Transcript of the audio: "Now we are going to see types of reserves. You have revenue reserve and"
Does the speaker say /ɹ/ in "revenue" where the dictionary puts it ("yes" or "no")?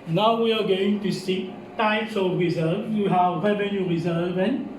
no